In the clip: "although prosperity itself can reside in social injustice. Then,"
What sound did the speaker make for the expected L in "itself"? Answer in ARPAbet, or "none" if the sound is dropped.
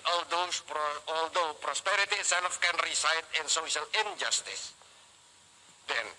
N